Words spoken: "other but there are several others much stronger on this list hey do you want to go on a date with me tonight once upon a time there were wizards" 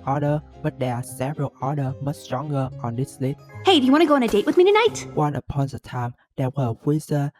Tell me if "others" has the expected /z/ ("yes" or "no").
no